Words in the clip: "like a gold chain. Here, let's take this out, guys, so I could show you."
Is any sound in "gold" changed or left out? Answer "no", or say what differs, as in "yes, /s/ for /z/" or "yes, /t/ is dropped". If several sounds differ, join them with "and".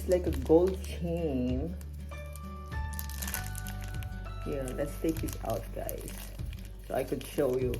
no